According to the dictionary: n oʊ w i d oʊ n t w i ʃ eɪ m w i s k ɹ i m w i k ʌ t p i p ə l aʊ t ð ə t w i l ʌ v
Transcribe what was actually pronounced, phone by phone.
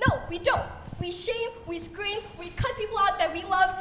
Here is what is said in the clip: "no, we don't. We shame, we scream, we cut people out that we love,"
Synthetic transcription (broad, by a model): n oʊ w i d oʊ n t w i ʃ eɪ m w i s k ɹ i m w i k ʌ t p i p l aʊ t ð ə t w i l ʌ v